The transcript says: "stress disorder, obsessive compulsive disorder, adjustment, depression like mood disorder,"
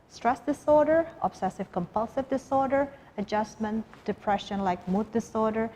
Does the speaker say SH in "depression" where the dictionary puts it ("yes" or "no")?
yes